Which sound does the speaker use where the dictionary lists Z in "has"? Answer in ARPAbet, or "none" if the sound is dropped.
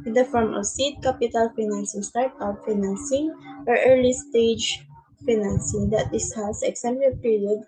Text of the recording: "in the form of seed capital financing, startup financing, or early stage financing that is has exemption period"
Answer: S